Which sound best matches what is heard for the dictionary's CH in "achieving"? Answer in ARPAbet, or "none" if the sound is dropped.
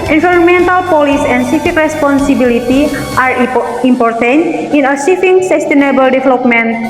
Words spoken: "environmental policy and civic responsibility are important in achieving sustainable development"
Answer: S